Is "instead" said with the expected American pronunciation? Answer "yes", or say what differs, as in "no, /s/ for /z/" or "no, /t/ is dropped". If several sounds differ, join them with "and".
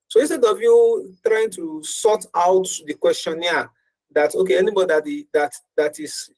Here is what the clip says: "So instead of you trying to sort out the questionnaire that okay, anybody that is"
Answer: no, /n/ is dropped